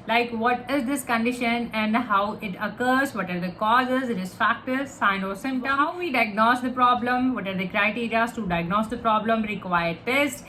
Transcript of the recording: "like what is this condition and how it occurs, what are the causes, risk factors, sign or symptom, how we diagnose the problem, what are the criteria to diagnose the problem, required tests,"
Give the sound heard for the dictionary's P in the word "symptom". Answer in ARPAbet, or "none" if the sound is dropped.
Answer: none